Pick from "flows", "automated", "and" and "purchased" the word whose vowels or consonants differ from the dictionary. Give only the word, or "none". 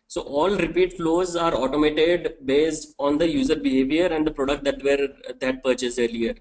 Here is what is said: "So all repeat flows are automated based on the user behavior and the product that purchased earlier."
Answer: purchased